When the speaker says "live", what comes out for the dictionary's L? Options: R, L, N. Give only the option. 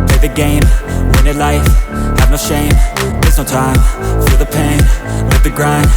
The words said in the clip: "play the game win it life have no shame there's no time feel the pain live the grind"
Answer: N